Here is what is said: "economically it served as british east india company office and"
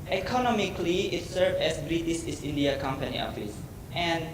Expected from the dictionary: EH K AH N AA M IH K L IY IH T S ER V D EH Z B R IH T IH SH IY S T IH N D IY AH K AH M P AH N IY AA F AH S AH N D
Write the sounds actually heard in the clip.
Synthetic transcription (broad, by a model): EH K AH N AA M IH K L IY IH T S ER V D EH S B R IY T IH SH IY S IH N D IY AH K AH M P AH N IY AA F AH S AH N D